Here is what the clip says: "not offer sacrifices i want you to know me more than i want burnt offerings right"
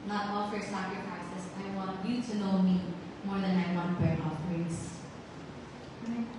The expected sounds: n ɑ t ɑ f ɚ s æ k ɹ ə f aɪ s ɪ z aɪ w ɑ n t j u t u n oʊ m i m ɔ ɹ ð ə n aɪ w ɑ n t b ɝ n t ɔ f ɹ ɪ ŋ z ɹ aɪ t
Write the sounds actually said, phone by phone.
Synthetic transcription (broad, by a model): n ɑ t ɑ f ɚ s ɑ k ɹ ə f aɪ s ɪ s aɪ w ɑ n t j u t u n oʊ m i m ɔ ɹ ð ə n aɪ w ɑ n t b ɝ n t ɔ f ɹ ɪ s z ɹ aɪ